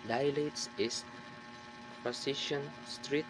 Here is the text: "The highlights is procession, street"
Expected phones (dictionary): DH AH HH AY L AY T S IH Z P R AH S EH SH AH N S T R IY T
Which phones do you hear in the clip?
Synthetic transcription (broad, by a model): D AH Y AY L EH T S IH S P AH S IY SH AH N S T R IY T